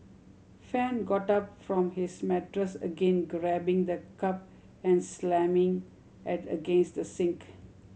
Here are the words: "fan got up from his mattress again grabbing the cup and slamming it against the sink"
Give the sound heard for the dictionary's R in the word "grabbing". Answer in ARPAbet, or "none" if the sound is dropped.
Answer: R